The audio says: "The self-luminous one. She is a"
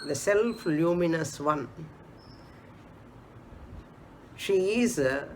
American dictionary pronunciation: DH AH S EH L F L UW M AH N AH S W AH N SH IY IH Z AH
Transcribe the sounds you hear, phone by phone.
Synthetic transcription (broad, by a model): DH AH S EH L F L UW M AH N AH S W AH N SH IY IH Z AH